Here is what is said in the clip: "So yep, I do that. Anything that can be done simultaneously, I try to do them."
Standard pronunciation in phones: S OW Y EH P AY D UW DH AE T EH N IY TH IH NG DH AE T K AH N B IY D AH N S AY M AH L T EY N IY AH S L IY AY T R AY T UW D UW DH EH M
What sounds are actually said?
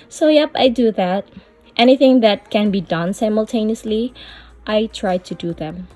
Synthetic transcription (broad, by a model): S OW Y EH P AY D UW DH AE T EH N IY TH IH NG DH AE T K AH N B IY D AH N S AY M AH L T EY N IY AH S L IY AY T R AY T UW D UW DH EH M